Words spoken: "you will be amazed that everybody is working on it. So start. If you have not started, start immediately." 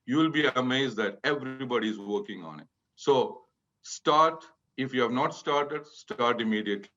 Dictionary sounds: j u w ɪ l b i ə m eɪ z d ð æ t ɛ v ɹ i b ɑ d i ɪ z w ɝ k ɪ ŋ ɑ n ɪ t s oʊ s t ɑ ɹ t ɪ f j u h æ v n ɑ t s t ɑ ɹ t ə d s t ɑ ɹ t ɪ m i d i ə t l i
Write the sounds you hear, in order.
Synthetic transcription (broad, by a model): j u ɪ l b i ə m eɪ z d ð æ t ɛ v ɹ i b ɑ d i ɪ z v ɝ k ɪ ŋ ɑ n ɪ t s oʊ s t ɑ ɹ t ɪ f j u h æ v n ɑ t s t ɑ ɹ t ə d s t ɑ ɹ t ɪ m i d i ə t l i